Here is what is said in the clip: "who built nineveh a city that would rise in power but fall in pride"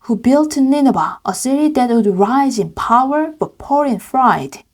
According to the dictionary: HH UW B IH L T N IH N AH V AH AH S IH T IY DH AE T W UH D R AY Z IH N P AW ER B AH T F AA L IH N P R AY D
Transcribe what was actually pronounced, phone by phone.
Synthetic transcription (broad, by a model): HH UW B IH L T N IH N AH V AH AH S IH T IY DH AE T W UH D R AY Z IH N P AW ER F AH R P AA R IH N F R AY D